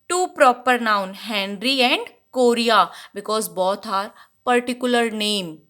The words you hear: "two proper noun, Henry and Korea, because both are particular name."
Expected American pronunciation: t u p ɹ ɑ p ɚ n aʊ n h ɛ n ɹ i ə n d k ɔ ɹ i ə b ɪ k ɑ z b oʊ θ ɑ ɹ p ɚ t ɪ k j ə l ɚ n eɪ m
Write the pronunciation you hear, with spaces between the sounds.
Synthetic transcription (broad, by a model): t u p ɹ ɑ p ɚ n aʊ n h ɛ n ɹ i ə n d k ɔ ɹ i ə b ɪ k ɑ z b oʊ t ɑ ɹ p ɚ t ɪ k j ə l ɚ n eɪ m